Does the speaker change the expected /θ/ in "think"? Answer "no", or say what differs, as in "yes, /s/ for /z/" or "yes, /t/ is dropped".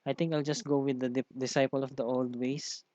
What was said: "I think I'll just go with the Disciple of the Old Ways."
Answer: yes, /t/ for /θ/